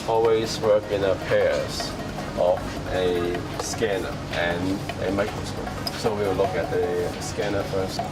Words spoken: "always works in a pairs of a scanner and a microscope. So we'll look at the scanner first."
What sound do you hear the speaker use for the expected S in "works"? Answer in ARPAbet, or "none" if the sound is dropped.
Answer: none